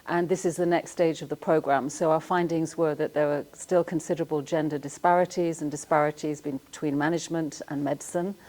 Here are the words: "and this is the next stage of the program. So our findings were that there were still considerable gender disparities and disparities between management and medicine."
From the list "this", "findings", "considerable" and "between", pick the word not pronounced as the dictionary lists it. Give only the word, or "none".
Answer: none